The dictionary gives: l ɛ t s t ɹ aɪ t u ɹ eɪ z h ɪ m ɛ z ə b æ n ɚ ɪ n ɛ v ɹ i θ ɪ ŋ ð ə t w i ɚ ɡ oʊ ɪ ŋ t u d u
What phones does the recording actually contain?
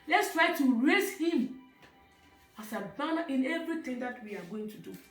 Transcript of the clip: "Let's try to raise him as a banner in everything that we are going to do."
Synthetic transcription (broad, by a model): l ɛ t s t ɹ aɪ t u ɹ eɪ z h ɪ m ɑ s ə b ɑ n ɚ ɪ n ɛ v ɹ i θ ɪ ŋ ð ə t w i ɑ ɡ oʊ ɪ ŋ t u d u